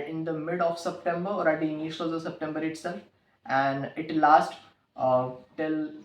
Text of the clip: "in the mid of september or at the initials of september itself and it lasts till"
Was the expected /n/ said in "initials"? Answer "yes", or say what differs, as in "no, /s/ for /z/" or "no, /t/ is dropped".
no, /l/ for /n/